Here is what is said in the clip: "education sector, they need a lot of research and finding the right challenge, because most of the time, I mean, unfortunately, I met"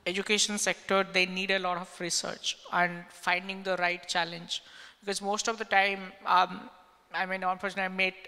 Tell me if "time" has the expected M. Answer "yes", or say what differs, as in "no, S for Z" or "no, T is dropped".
yes